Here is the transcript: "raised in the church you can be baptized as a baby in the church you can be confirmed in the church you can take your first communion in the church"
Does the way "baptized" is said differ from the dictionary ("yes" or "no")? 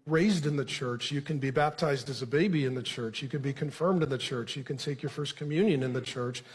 no